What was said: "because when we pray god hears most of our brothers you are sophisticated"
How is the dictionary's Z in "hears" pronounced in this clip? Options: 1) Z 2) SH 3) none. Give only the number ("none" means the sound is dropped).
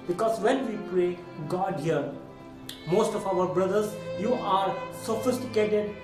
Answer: 3